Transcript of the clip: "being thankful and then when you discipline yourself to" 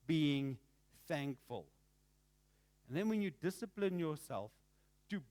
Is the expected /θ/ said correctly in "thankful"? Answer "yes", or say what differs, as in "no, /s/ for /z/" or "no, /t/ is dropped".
yes